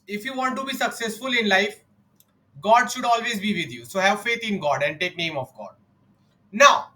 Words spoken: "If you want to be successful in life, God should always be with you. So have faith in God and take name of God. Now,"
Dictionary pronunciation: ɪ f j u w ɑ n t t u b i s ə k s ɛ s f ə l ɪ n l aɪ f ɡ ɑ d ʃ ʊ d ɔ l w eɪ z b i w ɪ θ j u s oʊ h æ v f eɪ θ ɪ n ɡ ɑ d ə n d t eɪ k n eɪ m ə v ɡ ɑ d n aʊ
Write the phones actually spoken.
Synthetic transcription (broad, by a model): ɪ f j u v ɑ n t t u b i s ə k s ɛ s f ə l ɪ n l aɪ f ɡ ɑ d ʃ ʊ d ɔ l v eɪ z b i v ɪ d j u s oʊ h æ v f eɪ t ɪ n ɡ ɑ d ə n d t eɪ k n eɪ m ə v ɡ ɑ d n aʊ